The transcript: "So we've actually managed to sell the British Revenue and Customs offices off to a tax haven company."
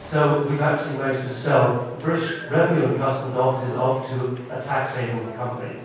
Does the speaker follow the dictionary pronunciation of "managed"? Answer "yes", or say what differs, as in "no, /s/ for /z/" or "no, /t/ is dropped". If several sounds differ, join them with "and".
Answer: no, /n/ is dropped